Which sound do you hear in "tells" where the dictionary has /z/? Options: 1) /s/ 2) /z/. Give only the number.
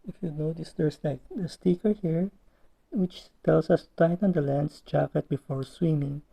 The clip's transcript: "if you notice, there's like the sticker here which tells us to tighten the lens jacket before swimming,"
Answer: 1